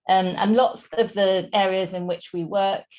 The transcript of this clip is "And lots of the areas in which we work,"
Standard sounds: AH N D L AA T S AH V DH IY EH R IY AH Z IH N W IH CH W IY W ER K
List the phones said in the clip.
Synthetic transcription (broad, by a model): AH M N L AA T S AH V DH IY EH R IY AH Z IH N W IH CH W IY W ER K